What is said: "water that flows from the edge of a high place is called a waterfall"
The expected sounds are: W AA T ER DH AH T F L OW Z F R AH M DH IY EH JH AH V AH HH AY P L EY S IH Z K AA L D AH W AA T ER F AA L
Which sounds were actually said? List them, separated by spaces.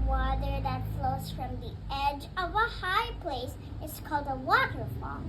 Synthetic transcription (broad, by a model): W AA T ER DH AH T F L OW Z F R AH M DH IY EH JH AH V AH HH AY P L EY S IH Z K AA L D AH W AA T ER F AA L